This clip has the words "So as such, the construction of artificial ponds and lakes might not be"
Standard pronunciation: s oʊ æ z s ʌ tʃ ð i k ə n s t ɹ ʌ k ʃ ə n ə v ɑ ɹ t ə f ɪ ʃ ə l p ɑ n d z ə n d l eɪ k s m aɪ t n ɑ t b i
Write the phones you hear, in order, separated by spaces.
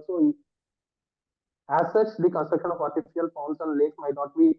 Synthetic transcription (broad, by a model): s oʊ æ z s ʌ tʃ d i k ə n s t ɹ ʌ k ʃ ə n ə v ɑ ɹ t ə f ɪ ə l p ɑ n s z ə n d l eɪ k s m aɪ t n ɑ t b i